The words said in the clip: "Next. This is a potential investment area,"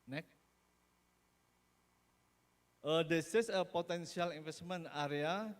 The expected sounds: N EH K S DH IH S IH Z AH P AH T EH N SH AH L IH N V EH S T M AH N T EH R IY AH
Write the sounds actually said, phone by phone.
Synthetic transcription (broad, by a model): N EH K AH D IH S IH S AH P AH T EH N S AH L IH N F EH S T M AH N AA R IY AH